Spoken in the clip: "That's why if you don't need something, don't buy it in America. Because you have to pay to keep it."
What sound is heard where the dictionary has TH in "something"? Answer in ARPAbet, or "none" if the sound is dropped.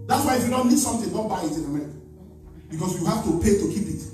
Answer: T